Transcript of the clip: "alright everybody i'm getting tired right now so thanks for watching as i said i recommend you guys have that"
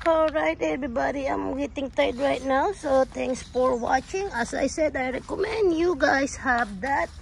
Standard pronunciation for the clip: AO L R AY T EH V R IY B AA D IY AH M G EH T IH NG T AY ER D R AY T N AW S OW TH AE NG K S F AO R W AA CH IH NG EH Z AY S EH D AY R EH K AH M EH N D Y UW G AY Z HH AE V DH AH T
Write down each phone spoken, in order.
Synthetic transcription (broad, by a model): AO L R AY T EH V R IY B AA D IY AH M G EH T IH NG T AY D R AY T N AW S OW T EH NG K S F AO R W AA CH IH NG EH S AY S EH D AY R EH K AH M EH N D Y UW G AY S HH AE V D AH T